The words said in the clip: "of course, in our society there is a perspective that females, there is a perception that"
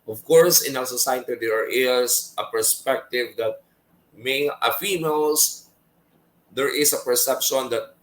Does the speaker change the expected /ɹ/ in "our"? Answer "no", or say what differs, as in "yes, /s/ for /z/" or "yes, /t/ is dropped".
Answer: yes, /l/ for /ɹ/